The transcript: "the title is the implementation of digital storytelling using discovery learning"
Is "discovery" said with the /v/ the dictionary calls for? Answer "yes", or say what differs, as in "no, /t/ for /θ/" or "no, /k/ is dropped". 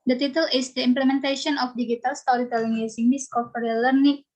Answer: no, /p/ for /v/